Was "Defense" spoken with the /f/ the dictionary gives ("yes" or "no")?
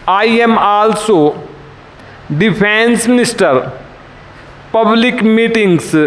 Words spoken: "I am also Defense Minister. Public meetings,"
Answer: no